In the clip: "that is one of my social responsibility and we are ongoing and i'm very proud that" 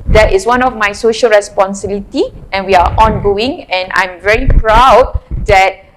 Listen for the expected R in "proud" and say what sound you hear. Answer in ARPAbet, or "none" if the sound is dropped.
R